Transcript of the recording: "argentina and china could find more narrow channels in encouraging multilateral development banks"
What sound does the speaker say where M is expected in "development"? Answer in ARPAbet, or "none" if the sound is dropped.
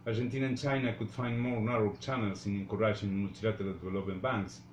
none